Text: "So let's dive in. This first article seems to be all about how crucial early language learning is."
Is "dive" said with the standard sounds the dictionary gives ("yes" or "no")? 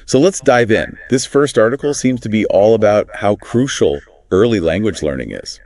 yes